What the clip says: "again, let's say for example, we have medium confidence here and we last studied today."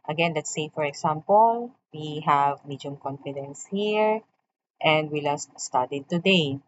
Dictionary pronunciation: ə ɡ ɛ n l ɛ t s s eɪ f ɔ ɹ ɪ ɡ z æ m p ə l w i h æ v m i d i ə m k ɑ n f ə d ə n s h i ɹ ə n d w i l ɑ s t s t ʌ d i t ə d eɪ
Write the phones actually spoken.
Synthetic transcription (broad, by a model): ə ɡ ɛ n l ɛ t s s eɪ f ɔ ɹ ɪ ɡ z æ m p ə l w i h æ v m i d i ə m k ɑ n f ə d ə n s h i ɹ ə n d w i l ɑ s t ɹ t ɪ d t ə d eɪ